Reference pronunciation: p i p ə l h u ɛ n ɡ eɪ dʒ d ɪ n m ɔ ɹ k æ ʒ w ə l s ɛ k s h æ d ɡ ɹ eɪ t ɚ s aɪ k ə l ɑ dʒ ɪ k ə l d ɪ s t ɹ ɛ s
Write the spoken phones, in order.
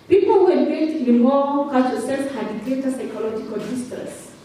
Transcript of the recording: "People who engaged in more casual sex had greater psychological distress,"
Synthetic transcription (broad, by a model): p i p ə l h u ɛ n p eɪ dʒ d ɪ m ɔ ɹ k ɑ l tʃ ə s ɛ s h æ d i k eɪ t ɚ s aɪ k ə l ɑ dʒ ɪ k ə l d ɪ s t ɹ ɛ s